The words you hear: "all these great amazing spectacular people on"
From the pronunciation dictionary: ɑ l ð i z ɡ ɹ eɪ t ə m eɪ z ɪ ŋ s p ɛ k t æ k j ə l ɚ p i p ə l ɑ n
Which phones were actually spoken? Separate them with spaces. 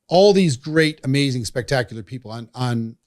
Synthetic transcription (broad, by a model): ɑ l ð i z ɡ ɹ eɪ t ə m eɪ z ɪ ŋ s p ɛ k t æ k j l ɚ p i p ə n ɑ n